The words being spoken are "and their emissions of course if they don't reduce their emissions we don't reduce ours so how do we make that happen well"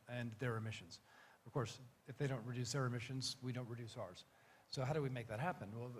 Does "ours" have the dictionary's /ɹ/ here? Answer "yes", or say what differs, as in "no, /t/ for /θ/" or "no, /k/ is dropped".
yes